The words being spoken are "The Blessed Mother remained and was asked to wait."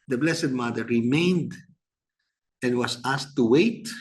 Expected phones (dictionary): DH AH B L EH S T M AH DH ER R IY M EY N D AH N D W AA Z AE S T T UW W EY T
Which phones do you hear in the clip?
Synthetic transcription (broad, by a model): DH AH B L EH S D M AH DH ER R IY M EY N D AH N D W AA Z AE S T T UW W EY T